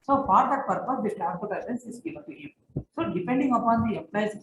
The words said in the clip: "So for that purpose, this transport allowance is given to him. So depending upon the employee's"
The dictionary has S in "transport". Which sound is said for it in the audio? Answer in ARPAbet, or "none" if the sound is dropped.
none